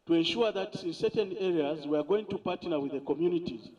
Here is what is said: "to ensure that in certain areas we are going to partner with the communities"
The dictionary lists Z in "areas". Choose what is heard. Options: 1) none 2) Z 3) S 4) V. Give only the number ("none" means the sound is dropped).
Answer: 2